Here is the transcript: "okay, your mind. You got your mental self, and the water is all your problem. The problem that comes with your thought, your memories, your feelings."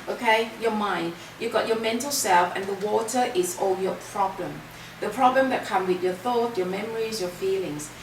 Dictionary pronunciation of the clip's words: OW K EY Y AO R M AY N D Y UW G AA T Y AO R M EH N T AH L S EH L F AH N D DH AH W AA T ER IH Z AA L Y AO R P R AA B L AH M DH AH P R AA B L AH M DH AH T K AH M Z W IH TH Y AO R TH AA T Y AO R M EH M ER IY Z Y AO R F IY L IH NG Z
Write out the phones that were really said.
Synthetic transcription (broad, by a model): OW K EY Y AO M AY N D Y UW G AA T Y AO M EH N T AH L S EH L F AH N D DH AH W AA T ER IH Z AA L Y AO P R AA B L AH M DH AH P R AA B L AH M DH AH T K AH M W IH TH Y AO TH AA T Y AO M EH M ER IY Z Y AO F IY L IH NG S